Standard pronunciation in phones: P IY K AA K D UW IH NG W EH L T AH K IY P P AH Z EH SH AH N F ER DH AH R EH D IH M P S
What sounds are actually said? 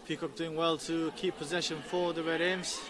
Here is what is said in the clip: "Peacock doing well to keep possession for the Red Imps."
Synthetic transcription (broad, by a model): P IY K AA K D UW IH NG W EH L T AH K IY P P AH Z EH SH AH N F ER DH AH R EH D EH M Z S